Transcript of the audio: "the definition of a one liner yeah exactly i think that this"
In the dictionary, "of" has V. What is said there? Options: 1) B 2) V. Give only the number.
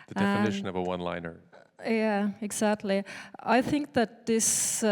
2